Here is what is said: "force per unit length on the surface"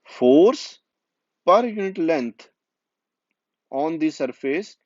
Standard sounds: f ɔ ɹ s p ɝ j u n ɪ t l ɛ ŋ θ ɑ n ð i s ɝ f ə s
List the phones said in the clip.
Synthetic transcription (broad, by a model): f ɔ ɹ s p ɝ j u n ɪ t l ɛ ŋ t ɑ n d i s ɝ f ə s